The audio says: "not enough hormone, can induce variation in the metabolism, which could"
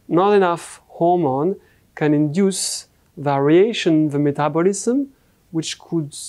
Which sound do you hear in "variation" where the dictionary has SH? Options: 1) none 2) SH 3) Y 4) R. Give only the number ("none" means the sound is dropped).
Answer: 1